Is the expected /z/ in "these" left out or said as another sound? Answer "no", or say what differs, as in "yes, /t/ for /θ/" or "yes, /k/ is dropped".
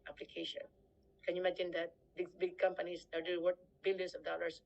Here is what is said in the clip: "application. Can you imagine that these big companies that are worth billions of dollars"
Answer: yes, /z/ is dropped